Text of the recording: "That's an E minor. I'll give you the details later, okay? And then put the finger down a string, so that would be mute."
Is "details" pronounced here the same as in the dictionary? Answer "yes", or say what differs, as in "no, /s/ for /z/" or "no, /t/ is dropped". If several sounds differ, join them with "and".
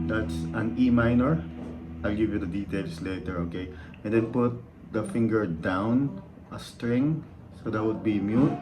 no, /s/ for /z/